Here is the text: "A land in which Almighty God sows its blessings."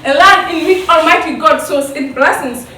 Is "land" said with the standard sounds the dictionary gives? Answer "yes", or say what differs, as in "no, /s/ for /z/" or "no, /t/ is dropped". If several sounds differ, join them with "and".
no, /n/ is dropped